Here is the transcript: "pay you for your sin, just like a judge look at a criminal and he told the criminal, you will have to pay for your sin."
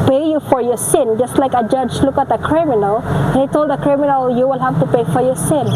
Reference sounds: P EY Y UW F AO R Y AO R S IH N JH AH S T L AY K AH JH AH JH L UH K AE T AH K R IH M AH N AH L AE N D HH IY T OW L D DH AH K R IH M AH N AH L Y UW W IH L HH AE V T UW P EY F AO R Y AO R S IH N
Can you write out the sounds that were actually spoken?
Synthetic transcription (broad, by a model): P EY Y UW F AO R Y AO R S IH N JH AH S T L AY K AH JH AH JH L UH K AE T AH K R IH M AH N AH L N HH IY T OW L D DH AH K R IH M AH N AH L Y UW W IH L HH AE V T UW P EY F AO R Y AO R S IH N